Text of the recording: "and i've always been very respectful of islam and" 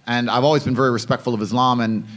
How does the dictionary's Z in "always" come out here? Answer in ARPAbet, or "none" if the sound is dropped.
Z